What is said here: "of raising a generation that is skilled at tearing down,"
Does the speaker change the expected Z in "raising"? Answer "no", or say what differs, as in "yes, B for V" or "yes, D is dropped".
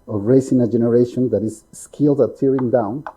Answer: yes, S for Z